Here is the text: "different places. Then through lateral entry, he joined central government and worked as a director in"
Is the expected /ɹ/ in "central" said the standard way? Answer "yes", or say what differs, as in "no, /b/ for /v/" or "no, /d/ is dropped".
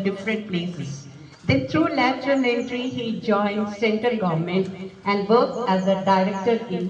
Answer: no, /ɹ/ is dropped